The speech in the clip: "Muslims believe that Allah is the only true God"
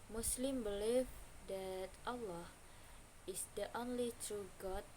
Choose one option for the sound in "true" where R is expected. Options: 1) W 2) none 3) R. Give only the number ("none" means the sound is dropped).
3